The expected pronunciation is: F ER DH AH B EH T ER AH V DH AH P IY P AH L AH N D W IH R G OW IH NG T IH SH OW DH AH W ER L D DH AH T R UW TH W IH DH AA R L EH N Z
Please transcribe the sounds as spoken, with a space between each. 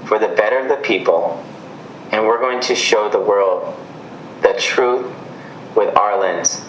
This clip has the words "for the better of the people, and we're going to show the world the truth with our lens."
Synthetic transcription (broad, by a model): F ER DH AH B EH T ER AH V DH AH P IY P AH L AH N W IH R G OW IH NG T IH SH OW DH AH W ER L D DH AH T R UW TH W IH DH AA R L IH N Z